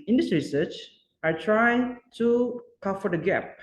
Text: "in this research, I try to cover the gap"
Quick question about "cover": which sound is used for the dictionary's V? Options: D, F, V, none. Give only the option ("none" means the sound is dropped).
F